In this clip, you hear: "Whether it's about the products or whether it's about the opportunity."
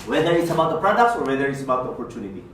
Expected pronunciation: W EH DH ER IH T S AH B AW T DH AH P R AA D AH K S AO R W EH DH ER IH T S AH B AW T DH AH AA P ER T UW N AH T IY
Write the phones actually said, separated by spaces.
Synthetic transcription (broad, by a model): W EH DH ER IH T S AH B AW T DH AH P R AA D AH K S AO R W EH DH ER IH T S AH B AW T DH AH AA P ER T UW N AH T IY